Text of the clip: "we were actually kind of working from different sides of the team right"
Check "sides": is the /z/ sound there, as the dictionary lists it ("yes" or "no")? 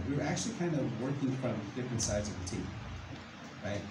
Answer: yes